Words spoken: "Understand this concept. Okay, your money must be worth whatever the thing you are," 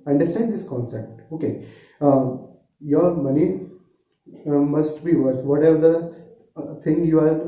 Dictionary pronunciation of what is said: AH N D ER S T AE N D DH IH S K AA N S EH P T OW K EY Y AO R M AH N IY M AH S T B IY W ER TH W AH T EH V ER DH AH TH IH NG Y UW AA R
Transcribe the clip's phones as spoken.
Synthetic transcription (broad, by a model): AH N D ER S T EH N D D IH S K AA N S EH P T OW K EY Y AO R M AH N IY M AH S T B IY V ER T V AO T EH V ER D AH T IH NG Y UW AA R